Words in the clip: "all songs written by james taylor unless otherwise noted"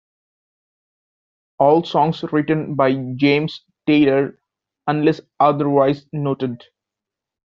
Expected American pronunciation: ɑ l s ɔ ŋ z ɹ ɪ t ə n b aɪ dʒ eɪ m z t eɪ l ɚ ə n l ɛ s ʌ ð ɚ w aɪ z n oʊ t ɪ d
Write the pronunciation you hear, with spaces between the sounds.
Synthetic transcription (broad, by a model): ɑ l s ɔ ŋ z ɹ ɪ t ə n b aɪ dʒ eɪ m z t eɪ l ɚ ə n l ɛ s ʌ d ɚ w aɪ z n oʊ t ɪ d